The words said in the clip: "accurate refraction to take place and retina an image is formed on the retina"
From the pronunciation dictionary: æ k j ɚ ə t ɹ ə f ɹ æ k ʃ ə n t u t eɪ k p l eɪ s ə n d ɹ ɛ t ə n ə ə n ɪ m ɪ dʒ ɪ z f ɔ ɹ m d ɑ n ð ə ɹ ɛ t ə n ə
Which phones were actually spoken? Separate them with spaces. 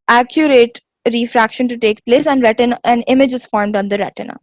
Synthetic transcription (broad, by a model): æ k j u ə t ɹ ə f ɹ æ k ʃ ə n t u t eɪ k p l eɪ s ə n d ɹ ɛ t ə n ə n ɪ m ɪ dʒ ɪ z f ɔ ɹ m d ɑ n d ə ɹ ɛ t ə n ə